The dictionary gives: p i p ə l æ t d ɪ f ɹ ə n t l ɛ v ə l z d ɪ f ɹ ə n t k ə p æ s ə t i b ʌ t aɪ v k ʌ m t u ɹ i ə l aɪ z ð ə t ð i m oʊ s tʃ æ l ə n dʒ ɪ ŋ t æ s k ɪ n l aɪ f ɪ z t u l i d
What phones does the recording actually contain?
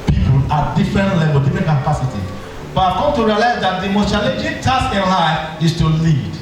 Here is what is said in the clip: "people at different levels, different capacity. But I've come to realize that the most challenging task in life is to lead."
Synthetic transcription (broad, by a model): p i p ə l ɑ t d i f ɹ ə n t l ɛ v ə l d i f ɹ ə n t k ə p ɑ s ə t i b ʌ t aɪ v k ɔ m t u ɹ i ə l aɪ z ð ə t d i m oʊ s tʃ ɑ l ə dʒ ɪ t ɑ s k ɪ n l aɪ ɪ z t u l i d